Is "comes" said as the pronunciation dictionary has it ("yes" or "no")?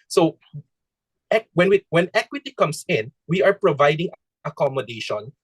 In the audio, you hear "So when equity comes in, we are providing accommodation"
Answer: no